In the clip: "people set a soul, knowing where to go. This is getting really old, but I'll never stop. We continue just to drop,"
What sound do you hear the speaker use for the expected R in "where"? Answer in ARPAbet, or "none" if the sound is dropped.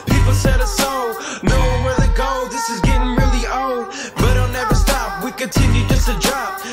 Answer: R